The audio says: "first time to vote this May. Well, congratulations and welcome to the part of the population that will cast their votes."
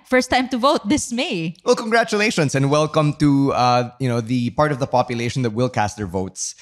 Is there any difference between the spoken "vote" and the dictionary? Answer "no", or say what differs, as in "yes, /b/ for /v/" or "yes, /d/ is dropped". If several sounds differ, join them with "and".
no